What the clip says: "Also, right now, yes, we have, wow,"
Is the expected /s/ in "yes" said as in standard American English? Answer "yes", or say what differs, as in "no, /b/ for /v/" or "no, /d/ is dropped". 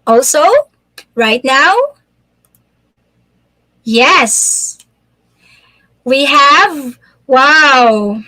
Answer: yes